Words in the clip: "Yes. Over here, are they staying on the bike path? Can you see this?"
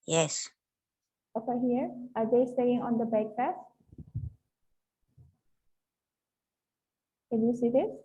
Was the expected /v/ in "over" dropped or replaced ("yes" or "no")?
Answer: yes